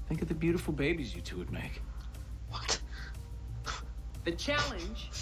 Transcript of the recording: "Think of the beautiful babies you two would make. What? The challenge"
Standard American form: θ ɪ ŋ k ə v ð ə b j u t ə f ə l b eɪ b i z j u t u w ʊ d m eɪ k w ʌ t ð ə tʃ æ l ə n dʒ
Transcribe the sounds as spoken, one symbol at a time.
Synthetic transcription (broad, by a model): θ ɪ ŋ k ə v ð ə b j u t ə f l b eɪ b i z j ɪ t u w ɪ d m eɪ k w ʌ t ð ə tʃ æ l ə n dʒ